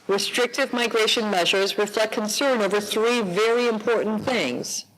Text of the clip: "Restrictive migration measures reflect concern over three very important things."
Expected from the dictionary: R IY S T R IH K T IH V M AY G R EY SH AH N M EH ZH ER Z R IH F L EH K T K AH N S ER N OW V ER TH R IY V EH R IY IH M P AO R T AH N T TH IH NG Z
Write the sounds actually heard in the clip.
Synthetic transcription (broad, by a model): R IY S T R IH K T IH V M AY G R EY SH AH N M EH ZH ER Z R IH F L EH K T K AH N S ER N OW V ER TH R IY V EH R IY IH M P AO R T N TH IH NG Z